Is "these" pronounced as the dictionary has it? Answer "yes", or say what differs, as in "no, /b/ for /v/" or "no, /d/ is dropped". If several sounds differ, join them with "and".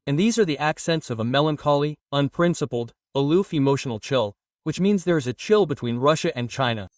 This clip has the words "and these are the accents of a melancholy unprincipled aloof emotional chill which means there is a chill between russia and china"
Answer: yes